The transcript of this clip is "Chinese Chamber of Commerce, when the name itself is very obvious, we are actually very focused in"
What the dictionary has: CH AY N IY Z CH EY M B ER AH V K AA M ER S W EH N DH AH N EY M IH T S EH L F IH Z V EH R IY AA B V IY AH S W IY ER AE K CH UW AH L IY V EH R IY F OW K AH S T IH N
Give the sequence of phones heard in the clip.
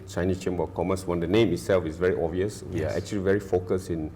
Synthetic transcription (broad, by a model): CH AY N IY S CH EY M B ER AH K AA M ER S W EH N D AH N EY M IH T S EH L F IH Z V EH R IY AA V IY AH S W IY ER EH K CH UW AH L IY V EH R IY F OW K AH S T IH N